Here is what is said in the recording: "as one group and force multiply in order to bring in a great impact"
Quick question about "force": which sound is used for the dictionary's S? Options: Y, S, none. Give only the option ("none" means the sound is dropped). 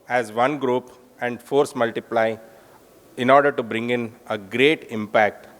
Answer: S